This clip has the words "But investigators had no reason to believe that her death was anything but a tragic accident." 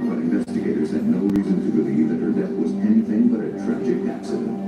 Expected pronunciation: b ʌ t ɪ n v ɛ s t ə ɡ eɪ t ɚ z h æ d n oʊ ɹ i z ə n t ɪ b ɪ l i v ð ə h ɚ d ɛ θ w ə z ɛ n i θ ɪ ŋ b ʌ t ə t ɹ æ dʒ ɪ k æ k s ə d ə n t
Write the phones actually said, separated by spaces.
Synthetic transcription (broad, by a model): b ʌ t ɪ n v ɛ s t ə ɡ eɪ t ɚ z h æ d n oʊ ɹ i z ə n t ɪ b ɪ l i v ð ə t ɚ d ɛ θ w ə z ɛ n i θ ɪ ŋ b ʌ t ə t ɹ æ dʒ ɪ k æ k s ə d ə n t